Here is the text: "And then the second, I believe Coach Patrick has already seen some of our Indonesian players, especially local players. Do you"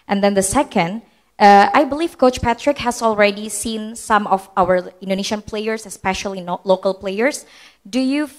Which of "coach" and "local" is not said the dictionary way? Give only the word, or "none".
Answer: none